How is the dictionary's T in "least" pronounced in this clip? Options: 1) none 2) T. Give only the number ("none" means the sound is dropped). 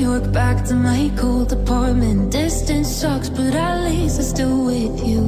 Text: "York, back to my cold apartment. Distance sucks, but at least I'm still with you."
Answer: 1